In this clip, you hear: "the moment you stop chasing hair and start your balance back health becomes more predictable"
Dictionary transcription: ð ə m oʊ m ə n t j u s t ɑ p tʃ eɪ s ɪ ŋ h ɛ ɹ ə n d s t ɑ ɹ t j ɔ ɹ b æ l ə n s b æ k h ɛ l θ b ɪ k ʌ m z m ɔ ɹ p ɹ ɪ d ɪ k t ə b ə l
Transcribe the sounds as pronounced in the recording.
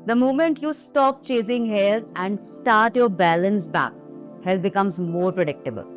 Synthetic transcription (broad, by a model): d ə m oʊ m ə n t j u s t ɑ p tʃ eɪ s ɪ ŋ h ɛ l ə n d s t ɑ ɹ t j ɔ ɹ b æ l ə n s b æ k h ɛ l b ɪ k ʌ m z m ɔ ɹ p ɹ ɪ d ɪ k t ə b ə l